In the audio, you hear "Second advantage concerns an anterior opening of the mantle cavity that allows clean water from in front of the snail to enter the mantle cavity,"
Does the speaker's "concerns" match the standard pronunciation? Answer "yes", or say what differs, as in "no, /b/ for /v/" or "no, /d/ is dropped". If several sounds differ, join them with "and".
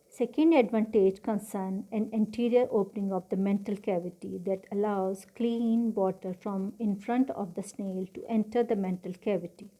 no, /z/ is dropped